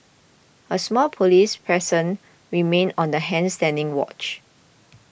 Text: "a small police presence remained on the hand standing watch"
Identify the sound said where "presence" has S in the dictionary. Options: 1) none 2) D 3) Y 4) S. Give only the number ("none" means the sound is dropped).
1